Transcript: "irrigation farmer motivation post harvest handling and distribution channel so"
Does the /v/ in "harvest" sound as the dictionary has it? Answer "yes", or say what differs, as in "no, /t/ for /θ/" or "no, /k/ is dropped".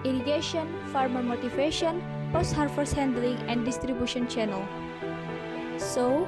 no, /f/ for /v/